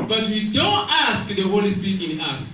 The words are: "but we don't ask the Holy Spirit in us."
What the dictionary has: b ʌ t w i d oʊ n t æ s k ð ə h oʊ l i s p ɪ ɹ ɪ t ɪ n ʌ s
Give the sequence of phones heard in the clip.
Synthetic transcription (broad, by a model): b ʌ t w i d oʊ n t æ s k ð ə h oʊ l i s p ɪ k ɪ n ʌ s